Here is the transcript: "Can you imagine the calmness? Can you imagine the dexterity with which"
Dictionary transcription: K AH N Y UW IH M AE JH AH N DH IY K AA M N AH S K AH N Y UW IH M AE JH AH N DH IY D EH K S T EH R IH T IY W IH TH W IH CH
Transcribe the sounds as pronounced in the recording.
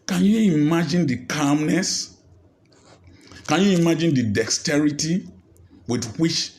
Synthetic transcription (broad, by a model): K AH N Y UW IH M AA JH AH N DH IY K AA M N AH S K AH N Y UW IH M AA JH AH N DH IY D EH K S T EH R IH T IY W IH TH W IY CH